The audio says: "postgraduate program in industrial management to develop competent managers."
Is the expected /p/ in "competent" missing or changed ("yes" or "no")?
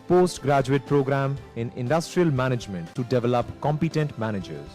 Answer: no